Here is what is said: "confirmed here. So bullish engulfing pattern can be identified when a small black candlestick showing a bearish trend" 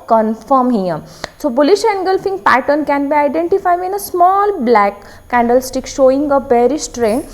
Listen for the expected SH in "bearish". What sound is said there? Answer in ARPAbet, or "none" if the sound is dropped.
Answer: S